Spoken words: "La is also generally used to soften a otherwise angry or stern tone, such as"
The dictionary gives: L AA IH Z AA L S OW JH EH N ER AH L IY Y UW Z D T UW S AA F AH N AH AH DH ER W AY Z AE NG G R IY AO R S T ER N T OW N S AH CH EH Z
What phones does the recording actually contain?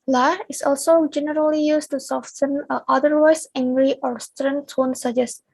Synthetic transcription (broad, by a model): L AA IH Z AA L S OW JH EH N ER AH L IY Y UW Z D T UW S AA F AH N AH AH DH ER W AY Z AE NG G R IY AO R S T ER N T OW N S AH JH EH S